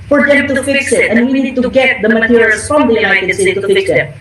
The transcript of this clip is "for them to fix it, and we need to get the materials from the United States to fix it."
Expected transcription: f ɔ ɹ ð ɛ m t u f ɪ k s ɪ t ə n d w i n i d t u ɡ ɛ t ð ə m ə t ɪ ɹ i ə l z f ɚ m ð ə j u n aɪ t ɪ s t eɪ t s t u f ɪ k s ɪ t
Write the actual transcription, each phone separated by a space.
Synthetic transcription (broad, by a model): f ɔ ɹ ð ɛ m t u f ɪ k s ɪ t ə n d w i n i d t u ɡ ɛ t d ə m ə t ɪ ɹ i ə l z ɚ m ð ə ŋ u ɪ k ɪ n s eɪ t t u f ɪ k s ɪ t